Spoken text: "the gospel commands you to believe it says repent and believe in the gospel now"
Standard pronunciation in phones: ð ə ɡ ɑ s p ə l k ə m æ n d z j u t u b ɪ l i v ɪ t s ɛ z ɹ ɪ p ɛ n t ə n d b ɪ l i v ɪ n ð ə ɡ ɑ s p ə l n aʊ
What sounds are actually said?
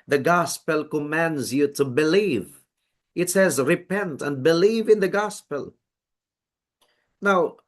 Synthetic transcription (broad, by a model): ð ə ɡ ɑ s p ə l k ə m æ n d z j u t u b ɪ l i v ɪ t s ɛ z ɹ ɪ p ɛ n t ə n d b ɪ l i v ɪ n ð ə ɡ ɑ s p ə l n aʊ